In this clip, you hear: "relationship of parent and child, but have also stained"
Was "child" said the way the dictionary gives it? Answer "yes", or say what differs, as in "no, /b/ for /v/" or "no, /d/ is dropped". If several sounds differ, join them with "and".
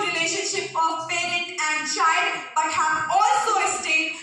no, /l/ is dropped